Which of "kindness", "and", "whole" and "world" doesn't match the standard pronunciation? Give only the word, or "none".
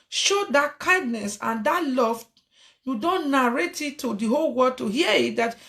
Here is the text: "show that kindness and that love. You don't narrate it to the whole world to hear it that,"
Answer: world